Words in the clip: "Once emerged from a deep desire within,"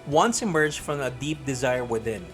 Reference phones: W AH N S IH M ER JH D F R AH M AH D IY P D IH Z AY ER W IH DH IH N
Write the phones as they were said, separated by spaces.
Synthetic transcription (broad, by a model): W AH N S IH M ER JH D F R AH M AH D IY P D IH Z AY ER W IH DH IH N